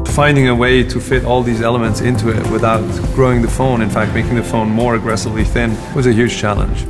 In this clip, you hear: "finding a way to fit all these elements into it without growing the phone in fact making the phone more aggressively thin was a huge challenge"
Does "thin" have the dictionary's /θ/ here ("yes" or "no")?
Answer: yes